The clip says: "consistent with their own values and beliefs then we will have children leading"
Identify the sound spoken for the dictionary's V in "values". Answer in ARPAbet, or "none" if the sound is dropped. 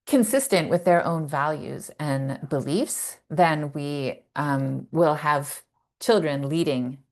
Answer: V